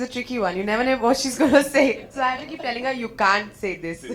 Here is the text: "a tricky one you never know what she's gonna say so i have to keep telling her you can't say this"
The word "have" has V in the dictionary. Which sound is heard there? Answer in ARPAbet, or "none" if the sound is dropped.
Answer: F